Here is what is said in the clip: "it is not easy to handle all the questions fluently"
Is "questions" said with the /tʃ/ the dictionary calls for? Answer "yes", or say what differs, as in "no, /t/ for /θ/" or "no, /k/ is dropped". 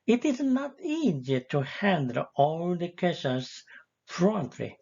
no, /tʃ/ is dropped